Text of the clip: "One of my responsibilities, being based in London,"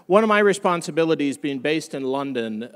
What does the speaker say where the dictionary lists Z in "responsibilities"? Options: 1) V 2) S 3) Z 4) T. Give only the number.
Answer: 3